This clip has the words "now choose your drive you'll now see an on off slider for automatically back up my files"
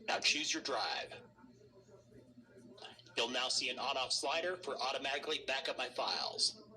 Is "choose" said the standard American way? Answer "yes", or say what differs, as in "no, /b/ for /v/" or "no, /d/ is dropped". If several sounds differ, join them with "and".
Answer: yes